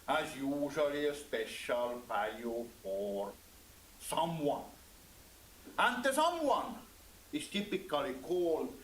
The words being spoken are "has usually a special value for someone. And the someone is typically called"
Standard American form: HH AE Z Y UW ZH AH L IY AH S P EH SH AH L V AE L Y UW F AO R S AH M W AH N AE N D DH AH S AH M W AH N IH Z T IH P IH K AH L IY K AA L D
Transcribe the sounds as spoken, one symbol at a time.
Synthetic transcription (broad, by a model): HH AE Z Y UW ZH AH L IY AH S P EH SH AH L V AE L Y UW F AO R S AH M W AH N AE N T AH S AH M W AH N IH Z T IH P IH K AH L IY K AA L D